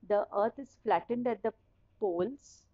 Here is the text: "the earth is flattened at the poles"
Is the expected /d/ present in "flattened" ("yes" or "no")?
yes